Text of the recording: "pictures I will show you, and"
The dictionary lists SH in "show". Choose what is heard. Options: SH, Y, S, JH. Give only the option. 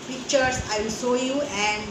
S